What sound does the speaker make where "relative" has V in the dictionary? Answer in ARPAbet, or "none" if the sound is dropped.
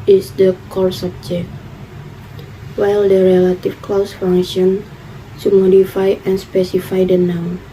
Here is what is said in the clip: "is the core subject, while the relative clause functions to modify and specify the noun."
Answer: F